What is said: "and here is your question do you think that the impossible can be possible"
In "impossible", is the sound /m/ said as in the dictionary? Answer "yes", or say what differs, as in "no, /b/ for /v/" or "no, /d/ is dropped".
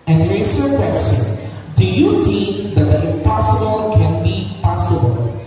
no, /m/ is dropped